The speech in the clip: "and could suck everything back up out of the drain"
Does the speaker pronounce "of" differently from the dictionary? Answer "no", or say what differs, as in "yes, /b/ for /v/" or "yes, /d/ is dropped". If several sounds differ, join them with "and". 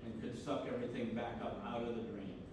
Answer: no